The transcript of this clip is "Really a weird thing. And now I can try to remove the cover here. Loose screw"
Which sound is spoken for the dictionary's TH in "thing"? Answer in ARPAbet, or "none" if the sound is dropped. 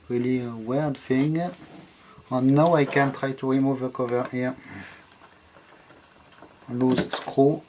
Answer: F